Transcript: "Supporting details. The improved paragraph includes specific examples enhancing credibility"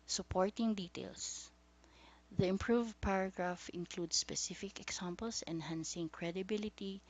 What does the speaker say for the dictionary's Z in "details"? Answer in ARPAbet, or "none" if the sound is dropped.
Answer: S